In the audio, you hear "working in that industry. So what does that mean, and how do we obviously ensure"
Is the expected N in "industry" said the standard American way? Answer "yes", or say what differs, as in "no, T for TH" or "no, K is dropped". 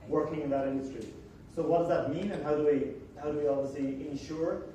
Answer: yes